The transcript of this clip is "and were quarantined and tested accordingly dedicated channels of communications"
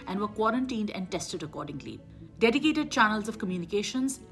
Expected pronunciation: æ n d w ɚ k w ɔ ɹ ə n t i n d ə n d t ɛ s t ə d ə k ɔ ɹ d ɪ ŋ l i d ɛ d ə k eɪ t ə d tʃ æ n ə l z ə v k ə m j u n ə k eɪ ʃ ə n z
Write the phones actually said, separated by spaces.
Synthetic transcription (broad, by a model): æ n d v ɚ k w ɔ ɹ ə n t i n d ə n d t ɛ s t ə d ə k ɔ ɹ d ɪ ŋ l i d ɛ d ə k eɪ t ə d tʃ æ n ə l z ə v k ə m j u n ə k eɪ ʃ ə n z